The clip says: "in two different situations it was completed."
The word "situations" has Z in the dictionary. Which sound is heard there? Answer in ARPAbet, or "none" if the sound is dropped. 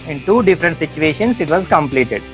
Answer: S